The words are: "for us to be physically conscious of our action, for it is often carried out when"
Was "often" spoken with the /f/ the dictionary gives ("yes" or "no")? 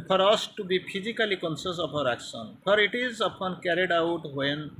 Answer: no